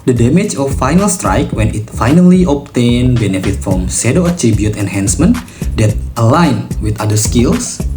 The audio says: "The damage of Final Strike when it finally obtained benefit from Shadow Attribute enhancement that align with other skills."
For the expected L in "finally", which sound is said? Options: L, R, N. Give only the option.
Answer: L